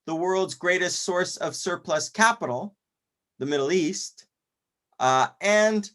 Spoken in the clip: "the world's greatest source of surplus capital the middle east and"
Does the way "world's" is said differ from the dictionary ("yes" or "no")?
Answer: no